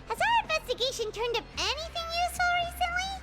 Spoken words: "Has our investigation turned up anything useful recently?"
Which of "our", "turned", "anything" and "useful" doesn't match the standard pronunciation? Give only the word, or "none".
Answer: none